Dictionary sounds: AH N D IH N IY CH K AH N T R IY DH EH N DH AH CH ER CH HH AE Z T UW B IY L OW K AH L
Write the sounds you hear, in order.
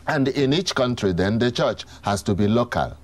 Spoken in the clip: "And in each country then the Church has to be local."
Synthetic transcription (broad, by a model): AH N D IH N IY CH K AH N T R IY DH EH N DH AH CH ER CH HH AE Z T UW B IY L OW K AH L